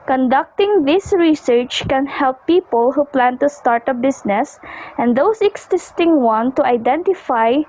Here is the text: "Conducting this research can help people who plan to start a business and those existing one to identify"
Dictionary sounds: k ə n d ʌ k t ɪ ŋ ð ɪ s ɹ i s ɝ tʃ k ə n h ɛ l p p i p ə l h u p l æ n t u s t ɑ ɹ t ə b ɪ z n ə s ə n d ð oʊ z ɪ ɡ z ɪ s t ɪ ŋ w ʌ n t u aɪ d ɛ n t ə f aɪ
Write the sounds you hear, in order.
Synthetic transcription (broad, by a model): k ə n d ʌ k t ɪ ŋ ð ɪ s ɹ i s ɝ tʃ k ə n h ɛ l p p i p ə l h u p l æ n t u s t ɑ ɹ t ə b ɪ s n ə s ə n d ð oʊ s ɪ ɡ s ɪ s t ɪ ŋ w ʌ n t u aɪ d ɛ n t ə f aɪ